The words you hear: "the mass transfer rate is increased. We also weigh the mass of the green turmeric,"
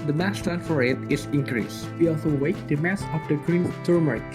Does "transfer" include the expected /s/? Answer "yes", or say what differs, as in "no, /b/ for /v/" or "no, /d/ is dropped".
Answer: no, /s/ is dropped